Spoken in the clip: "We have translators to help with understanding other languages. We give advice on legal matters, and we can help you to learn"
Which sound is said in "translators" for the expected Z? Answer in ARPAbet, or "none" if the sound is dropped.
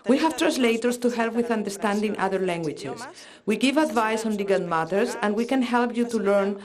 S